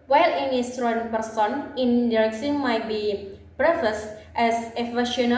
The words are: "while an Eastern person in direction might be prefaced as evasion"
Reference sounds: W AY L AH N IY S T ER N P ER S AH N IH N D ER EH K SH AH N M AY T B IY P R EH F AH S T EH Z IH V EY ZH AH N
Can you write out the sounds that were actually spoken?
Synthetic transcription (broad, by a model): W AY L AH N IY S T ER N P ER S AH N IH N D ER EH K S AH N M AY T B IY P R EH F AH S T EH S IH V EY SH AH N